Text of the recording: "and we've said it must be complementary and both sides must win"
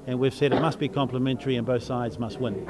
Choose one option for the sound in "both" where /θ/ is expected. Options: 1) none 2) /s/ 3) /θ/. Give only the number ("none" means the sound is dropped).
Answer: 3